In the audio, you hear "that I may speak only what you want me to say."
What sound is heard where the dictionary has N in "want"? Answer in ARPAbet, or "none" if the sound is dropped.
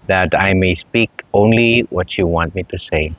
N